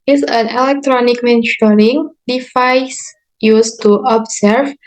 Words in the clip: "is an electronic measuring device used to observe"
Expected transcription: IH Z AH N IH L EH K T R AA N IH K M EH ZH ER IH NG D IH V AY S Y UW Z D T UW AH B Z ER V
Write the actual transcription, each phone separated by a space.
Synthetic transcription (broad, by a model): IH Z AH N IH L EH K T R AA N IH K M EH SH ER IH NG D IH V AY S Y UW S T UW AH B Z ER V